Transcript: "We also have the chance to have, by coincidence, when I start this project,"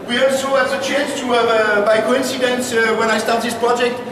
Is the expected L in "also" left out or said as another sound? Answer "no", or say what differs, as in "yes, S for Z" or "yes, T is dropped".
yes, L is dropped